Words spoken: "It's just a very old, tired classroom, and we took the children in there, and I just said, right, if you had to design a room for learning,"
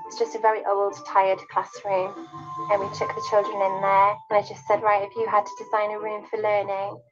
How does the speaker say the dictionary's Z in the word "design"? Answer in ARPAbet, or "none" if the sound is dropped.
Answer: Z